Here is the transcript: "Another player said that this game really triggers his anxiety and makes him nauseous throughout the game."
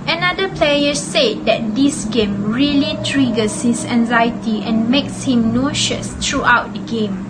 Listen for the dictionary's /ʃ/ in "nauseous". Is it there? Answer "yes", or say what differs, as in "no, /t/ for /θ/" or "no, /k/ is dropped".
yes